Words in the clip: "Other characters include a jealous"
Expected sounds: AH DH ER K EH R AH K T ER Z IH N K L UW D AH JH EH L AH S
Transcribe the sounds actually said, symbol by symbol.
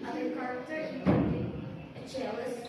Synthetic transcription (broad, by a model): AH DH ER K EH R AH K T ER IH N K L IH AH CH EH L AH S